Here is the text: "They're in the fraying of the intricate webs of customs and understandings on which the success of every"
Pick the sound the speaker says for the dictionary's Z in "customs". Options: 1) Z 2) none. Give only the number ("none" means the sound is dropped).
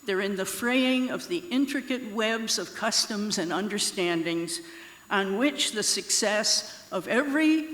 1